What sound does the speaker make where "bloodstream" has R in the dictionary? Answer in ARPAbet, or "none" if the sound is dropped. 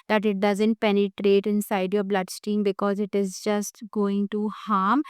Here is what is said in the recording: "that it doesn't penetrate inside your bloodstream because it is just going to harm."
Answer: none